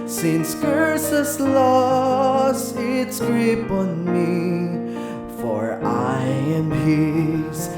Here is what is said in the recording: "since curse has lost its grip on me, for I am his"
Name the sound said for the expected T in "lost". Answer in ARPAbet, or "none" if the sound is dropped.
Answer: none